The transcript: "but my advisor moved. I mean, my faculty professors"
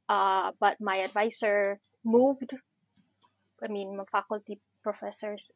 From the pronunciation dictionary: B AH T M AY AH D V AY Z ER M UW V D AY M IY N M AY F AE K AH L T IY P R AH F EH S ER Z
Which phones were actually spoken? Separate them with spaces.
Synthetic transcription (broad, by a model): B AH T M AY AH D V AY S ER M UW V D AY M IY N M AY F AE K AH L T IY P R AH F EH S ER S